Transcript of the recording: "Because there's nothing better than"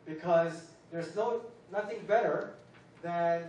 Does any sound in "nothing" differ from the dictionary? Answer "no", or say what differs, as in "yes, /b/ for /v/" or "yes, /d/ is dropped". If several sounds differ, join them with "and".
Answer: no